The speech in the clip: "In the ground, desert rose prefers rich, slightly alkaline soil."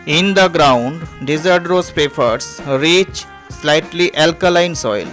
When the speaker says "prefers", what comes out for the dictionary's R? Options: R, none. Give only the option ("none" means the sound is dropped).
none